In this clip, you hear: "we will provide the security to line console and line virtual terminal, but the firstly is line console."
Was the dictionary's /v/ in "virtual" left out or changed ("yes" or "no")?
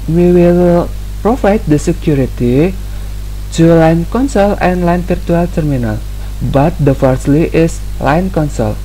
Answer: yes